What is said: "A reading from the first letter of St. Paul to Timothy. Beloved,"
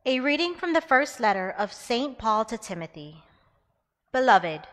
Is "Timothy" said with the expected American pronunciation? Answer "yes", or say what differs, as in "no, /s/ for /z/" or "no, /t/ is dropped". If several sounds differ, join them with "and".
yes